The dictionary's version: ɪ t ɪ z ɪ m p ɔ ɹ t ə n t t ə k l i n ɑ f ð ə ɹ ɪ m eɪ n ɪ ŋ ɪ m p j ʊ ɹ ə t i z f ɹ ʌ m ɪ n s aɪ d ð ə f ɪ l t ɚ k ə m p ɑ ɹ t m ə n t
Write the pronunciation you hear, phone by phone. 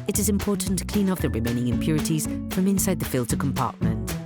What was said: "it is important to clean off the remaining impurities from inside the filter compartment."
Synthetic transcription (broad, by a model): ɪ t ɪ z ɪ m p ɔ t n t t ə k l i n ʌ p ð ə ɹ ɪ m eɪ n ɪ ŋ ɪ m p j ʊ ɹ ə t i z f ɹ ʌ m ɪ n s aɪ d ð ə f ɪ l t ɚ k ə m p ɑ t m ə n t